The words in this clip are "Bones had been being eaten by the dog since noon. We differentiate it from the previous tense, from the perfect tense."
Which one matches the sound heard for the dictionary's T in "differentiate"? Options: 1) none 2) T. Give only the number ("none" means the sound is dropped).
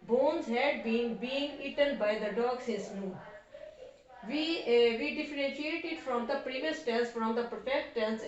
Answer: 2